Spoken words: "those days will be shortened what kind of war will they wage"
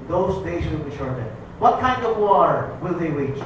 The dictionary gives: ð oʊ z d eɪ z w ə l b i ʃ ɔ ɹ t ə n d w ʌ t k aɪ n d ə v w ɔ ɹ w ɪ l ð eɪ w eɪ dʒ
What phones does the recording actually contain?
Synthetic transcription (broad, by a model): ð oʊ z d eɪ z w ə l b i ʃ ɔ ɹ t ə d w ʌ t k aɪ n d ə v w ɔ ɹ w ɪ l ð eɪ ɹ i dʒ